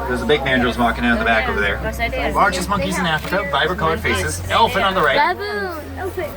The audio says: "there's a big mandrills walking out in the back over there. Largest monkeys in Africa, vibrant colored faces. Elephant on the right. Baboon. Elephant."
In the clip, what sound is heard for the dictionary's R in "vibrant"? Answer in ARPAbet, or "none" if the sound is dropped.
none